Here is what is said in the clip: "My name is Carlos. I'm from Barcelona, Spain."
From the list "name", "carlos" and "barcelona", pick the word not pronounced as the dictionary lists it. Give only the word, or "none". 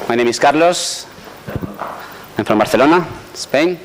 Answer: barcelona